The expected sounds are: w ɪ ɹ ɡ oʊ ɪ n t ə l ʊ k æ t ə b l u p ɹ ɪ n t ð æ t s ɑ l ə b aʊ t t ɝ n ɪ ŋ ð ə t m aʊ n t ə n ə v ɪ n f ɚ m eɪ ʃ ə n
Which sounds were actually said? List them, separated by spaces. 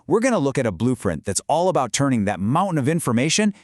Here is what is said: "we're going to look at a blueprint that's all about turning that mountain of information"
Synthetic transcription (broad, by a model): w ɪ ɹ ɡ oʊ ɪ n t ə l ʊ k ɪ t ə b l u f ɹ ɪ n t ð æ t s ɑ l ə b aʊ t t ɝ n ɪ ŋ ð ə t m aʊ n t n ə v ɪ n f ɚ m eɪ ʃ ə n